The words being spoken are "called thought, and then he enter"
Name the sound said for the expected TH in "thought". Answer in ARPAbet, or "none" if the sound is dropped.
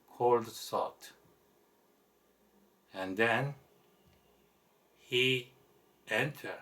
S